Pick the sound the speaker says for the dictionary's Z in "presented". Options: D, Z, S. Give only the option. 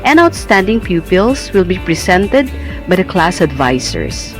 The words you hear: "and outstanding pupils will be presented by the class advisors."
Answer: S